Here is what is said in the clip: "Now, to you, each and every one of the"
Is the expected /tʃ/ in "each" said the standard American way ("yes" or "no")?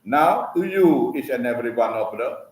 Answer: no